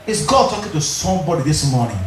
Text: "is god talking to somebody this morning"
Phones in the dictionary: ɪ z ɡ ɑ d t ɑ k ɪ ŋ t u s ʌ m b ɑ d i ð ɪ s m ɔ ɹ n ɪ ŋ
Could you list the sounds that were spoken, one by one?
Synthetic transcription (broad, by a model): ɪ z ɡ ɑ d t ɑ k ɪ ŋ t u s ʌ m b ɑ d i ð ɪ s m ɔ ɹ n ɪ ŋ